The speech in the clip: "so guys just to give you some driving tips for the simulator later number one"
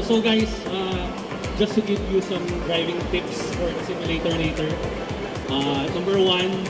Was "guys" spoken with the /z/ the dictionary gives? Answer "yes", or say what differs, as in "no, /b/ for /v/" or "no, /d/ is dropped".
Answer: no, /s/ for /z/